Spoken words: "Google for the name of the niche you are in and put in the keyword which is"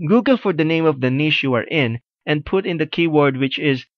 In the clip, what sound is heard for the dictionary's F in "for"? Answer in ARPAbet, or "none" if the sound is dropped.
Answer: F